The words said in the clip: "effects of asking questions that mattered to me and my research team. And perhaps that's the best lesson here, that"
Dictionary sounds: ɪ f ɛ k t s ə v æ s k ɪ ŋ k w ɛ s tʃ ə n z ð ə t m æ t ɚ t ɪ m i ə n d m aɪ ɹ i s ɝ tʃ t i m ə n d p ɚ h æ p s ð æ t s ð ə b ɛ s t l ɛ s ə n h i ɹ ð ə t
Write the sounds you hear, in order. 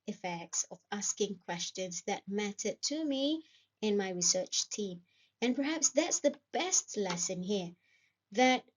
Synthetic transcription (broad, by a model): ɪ f ɛ k t s ə v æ s k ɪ ŋ k w ɛ s tʃ ə n z ð ə t m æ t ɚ t ɪ m i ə n m aɪ ɹ i s ɝ tʃ t i m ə n p ɚ h æ p s ð æ t s ð ə b ɛ s t l ɛ s ə n h i ɹ ð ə t